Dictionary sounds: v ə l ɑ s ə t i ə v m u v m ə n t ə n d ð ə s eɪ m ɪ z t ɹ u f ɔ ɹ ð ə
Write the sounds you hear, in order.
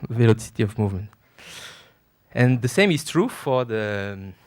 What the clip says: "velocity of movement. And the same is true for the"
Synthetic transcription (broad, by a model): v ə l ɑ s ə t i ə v m u v m ə n t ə n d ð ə s eɪ m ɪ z t ɹ u f ɔ ɹ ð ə